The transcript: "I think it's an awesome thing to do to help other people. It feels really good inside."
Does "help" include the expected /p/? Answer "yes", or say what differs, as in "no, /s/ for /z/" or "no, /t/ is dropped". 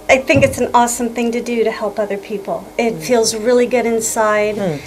yes